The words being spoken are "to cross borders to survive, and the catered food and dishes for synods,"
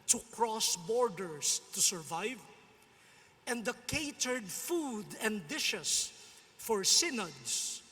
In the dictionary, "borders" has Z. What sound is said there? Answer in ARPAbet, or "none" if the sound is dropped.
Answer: S